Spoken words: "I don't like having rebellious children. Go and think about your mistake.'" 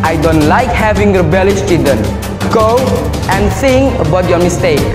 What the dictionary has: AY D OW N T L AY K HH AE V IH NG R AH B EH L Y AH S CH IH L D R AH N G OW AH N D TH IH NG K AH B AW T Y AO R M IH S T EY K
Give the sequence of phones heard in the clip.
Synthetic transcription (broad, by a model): AY D OW N T L AY K HH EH V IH NG R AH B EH L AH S CH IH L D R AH N G OW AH N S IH NG AH B AW T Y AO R M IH S T EY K